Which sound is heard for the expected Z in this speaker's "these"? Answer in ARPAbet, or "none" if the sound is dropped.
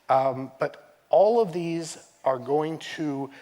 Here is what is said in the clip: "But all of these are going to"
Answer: Z